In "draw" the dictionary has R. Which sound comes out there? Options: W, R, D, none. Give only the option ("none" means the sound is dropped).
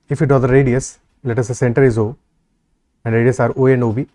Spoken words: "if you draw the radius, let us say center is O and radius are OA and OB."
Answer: none